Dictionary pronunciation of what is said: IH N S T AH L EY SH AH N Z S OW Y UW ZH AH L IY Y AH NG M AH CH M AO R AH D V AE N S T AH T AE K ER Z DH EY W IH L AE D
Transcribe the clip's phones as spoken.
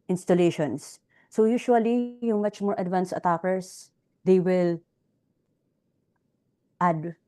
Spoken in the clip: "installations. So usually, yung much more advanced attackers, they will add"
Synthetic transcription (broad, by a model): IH N S T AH L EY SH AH N S OW Y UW SH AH L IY Y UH NG M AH CH M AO R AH D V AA N S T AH T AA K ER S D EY W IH L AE D